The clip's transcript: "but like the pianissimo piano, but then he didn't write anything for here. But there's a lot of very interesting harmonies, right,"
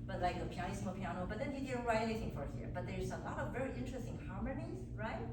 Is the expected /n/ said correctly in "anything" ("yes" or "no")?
no